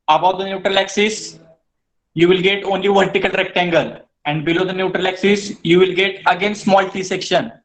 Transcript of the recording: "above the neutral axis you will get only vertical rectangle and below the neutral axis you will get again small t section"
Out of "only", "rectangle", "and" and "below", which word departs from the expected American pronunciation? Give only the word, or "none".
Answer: none